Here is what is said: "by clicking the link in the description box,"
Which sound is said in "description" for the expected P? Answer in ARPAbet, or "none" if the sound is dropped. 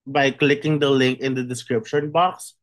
P